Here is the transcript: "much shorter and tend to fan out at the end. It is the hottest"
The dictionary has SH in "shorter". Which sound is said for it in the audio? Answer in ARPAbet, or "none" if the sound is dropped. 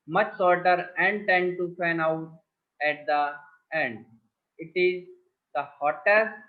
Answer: S